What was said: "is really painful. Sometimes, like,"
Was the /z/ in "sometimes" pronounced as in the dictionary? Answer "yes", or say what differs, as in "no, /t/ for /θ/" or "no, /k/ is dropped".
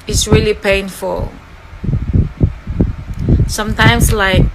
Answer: no, /s/ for /z/